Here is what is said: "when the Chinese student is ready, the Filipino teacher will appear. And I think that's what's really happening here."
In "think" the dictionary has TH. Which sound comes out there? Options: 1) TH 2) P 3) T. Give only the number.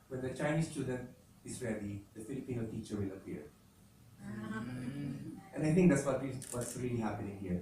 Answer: 3